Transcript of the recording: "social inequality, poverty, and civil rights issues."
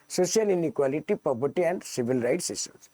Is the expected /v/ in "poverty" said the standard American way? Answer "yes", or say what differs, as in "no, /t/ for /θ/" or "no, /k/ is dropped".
no, /b/ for /v/